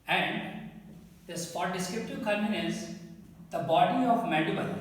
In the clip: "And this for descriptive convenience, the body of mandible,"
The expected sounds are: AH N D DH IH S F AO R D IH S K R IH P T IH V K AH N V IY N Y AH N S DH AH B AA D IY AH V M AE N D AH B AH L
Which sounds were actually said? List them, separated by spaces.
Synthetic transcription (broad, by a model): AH N D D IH S P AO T D IH S K R IH P T IH V K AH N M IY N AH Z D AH B AA D IY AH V M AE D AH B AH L